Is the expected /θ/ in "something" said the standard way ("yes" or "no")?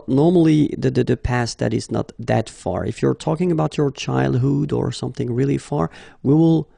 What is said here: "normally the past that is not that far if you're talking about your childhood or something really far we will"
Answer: yes